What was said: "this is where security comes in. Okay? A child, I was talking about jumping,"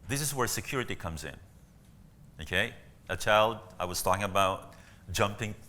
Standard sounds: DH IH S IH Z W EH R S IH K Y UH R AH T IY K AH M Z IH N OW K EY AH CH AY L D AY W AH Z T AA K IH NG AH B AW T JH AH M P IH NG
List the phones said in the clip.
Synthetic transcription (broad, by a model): DH IH S IH Z W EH R S IH K Y UH R AH T IY K AH M Z IH N OW K EY AH CH AY L D AY W AH Z T AA K IH NG AH B AW T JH AH M P IH NG